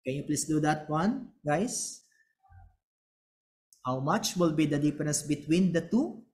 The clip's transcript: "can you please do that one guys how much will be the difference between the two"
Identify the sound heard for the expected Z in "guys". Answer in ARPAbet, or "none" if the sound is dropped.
S